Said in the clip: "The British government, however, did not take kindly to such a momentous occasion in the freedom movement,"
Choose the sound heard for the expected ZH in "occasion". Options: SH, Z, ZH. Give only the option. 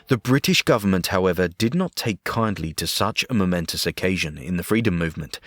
ZH